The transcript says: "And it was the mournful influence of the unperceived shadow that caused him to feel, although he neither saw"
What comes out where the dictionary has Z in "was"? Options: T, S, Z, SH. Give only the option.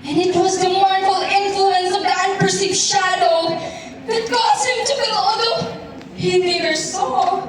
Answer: Z